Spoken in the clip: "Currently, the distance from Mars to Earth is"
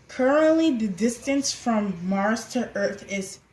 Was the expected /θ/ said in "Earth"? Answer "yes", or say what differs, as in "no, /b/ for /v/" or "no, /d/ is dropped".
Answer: yes